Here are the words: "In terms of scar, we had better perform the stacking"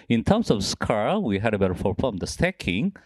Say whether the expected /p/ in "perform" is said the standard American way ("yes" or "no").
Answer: no